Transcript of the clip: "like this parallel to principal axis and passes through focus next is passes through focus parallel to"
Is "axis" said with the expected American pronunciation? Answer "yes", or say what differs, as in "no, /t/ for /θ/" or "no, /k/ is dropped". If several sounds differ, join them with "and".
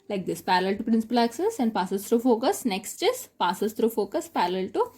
yes